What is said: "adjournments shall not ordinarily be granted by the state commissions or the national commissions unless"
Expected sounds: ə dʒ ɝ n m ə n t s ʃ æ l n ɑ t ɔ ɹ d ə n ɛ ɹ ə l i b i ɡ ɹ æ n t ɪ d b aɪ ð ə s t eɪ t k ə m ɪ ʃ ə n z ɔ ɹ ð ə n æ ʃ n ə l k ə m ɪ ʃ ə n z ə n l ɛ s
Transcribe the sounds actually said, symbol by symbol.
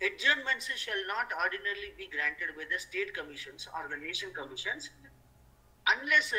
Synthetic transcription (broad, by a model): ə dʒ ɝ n m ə n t s ʃ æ l n ɑ t ɔ ɹ d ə n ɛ ɹ l i b i ɡ ɹ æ n t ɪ d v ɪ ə s t eɪ t k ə m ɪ ʃ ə n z ɔ ɹ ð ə n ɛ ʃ ə n k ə m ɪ ʃ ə n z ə n l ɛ s